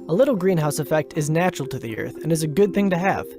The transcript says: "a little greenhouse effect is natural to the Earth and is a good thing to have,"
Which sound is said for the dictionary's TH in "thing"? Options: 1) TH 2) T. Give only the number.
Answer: 1